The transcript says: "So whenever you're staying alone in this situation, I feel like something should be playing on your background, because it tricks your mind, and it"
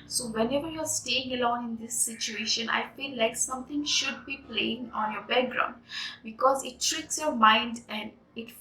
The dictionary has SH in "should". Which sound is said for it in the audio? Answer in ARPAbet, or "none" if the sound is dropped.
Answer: SH